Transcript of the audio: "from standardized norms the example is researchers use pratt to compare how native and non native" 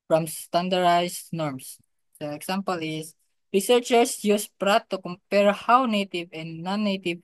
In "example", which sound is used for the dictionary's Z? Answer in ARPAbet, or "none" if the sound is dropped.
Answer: S